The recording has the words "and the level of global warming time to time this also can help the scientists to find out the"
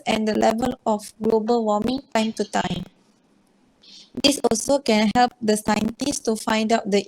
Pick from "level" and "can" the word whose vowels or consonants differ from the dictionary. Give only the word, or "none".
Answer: none